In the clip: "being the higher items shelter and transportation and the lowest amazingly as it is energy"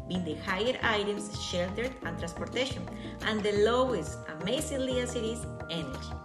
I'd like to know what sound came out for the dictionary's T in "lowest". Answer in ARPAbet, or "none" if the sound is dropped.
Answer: T